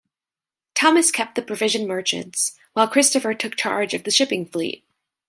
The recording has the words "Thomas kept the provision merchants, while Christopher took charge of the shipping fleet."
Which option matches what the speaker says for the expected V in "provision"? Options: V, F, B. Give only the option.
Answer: V